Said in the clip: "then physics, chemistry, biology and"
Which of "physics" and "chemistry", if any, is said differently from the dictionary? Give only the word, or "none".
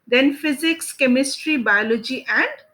none